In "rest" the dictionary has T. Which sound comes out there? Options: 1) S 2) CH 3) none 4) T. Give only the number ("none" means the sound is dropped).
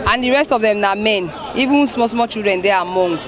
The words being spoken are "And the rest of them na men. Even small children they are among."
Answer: 4